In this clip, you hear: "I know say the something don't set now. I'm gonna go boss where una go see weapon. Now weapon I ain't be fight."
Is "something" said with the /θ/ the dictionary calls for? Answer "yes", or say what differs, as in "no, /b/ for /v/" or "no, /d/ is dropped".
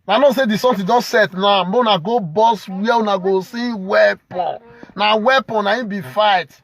no, /t/ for /θ/